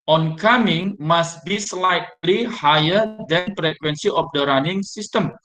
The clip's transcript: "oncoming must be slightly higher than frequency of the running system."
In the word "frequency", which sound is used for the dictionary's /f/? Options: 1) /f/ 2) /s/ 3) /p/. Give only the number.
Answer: 3